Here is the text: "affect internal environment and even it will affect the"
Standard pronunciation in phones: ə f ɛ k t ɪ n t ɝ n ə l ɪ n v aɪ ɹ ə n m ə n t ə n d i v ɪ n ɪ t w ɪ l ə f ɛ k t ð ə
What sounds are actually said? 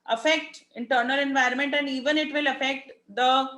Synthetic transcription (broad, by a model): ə f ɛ k t ɪ n t ɝ n ə l ɪ n v aɪ ɹ ə n m ə n t ə n d i v ɪ n ɪ t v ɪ l ə f ɛ k t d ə